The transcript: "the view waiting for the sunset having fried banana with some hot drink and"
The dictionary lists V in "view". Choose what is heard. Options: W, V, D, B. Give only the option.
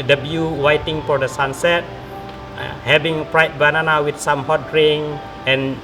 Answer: B